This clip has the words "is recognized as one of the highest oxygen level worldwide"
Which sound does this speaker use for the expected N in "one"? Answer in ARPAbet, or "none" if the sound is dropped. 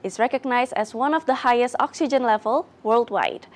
N